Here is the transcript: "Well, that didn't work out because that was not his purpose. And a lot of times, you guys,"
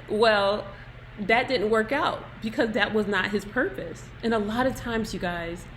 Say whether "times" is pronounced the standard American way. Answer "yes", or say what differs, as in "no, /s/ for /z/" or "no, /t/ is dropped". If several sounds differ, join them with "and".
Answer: yes